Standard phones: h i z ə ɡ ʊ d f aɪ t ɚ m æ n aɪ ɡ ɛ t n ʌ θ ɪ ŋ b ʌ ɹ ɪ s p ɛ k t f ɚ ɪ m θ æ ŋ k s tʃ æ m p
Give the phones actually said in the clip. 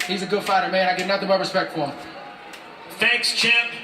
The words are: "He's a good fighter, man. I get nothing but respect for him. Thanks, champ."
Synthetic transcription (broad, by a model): h i z ə ɡ ʊ d f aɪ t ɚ m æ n aɪ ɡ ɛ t n ʌ θ ɪ ŋ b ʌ ɹ ɪ s p ɛ k t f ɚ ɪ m θ æ ŋ k s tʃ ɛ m